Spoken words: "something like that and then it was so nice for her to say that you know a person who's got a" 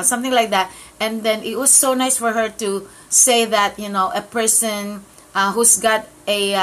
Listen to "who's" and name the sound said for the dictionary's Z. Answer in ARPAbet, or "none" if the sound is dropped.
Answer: S